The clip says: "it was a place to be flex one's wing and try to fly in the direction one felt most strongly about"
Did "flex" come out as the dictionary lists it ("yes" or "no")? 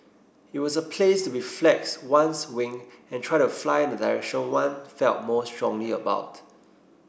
yes